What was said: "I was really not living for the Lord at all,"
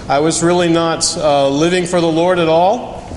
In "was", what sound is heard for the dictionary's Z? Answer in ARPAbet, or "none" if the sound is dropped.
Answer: Z